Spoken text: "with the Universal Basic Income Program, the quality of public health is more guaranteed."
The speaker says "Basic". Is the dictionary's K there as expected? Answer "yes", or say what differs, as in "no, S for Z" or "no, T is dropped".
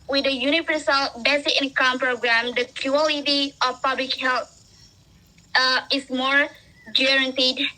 no, K is dropped